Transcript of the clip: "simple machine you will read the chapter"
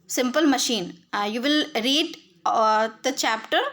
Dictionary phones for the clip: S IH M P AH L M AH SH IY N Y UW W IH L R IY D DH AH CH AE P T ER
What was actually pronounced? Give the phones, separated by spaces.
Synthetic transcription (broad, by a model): S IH M P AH L M AH SH IY N Y UW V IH L R IY D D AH CH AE P T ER